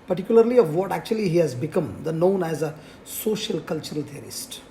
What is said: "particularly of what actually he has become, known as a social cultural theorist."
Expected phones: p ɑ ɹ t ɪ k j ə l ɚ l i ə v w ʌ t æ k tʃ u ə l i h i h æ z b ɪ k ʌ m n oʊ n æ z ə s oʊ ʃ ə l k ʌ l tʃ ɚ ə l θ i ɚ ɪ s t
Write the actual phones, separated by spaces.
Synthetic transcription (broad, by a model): p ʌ ɹ t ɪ k j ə l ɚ l i ə v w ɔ t æ k tʃ u ə l i h i h æ z b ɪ k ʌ m n oʊ n æ z ə s oʊ ʃ ə l k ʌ l tʃ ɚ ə l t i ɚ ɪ s t